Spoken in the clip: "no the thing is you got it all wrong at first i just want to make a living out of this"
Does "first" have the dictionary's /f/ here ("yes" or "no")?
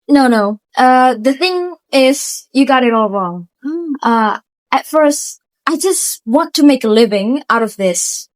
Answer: yes